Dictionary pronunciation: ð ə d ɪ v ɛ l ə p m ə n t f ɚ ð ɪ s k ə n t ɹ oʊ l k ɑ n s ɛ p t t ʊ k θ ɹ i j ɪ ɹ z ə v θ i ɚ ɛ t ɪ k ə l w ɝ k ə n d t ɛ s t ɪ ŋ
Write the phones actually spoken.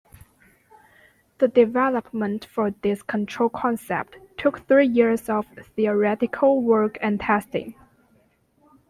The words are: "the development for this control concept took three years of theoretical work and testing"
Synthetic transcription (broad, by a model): ð ə d ɪ v ɛ l ə p m ə n t f ɚ ð ɪ s k ə n t ɹ oʊ l k ɑ n s ɛ p t t ʊ k θ ɹ i j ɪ ɹ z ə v θ i ɚ ɛ t ɪ k ə l w ɝ k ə n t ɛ s t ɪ ŋ